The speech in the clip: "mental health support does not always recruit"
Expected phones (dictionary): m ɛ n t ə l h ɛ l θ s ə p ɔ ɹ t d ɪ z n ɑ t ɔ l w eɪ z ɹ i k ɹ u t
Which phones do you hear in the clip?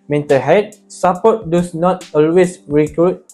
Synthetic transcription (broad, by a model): m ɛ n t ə h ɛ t s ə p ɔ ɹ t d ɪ s n ɑ t ɔ l w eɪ s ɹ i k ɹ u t